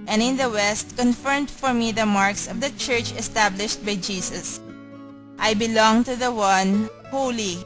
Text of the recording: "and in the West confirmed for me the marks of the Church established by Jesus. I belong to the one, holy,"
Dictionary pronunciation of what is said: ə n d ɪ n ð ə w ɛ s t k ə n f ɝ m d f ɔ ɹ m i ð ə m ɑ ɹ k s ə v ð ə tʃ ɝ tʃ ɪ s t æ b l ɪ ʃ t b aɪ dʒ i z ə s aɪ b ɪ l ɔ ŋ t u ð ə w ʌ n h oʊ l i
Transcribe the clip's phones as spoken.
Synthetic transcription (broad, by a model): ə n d ɪ n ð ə w ɛ s t k ə n f ɝ m d f ɔ ɹ m i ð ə m ɑ ɹ k s ə v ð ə tʃ ɝ tʃ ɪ s t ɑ b l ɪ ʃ t b aɪ dʒ i s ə s aɪ b ɪ l ɔ ŋ t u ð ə w ʌ n h oʊ l i